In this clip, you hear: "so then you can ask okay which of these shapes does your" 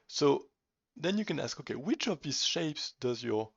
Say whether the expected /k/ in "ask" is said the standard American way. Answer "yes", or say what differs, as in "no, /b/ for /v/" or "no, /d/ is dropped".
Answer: yes